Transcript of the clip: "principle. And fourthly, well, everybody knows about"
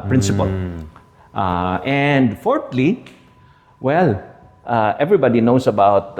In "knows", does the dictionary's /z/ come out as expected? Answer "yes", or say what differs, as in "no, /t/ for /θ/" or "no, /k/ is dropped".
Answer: no, /s/ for /z/